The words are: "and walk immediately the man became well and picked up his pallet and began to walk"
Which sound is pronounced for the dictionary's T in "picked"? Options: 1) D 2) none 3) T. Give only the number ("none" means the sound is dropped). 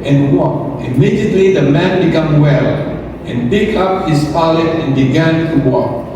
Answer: 2